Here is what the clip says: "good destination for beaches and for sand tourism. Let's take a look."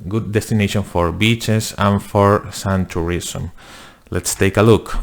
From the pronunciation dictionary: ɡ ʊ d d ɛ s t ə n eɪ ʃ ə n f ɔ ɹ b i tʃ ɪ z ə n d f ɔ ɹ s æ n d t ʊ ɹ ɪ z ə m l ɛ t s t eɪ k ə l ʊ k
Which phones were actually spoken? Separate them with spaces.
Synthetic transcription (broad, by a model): ɡ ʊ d d ɛ s t ə n eɪ ʃ ə n f ɔ ɹ b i tʃ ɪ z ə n f ɔ ɹ s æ n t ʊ ɹ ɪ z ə m l ɛ t s t eɪ k ə l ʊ k